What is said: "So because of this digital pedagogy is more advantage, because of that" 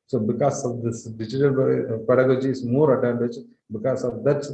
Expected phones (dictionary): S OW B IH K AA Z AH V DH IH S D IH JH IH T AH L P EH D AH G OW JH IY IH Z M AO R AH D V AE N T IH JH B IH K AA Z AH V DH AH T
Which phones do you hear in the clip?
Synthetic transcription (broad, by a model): S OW B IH K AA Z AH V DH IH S D IH JH IH T AH L P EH D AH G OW JH IY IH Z M AO R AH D AE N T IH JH B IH K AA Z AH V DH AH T